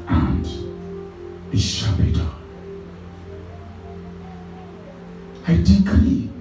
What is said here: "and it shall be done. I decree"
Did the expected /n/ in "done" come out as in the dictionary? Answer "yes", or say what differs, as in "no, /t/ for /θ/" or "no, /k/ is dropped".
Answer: no, /n/ is dropped